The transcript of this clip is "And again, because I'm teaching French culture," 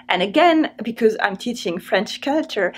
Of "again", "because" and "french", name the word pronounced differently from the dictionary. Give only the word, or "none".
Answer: none